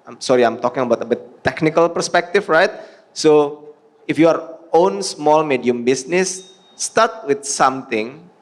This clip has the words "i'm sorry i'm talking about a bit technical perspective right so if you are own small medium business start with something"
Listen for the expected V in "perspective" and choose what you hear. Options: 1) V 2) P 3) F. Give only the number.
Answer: 3